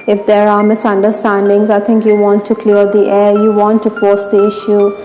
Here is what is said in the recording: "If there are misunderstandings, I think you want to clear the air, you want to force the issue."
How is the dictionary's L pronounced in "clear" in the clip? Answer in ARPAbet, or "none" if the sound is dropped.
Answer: L